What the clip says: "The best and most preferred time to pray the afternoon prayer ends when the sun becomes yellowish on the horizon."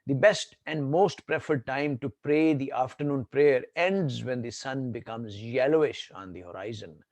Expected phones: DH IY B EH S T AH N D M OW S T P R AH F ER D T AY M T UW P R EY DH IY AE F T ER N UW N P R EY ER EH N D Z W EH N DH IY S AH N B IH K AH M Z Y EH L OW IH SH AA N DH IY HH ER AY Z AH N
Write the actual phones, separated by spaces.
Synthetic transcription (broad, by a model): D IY B EH S T AH N D M OW S T P R AH F ER D T AY M T UW P R EY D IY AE F T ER N UW N P R EY ER EH N D Z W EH N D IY S AH N B IH K AH M Z Y EH L OW IH SH AA N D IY HH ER AY Z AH N